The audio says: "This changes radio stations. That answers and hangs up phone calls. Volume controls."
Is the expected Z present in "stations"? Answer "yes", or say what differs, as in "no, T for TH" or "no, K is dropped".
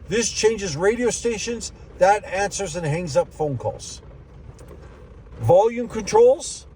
yes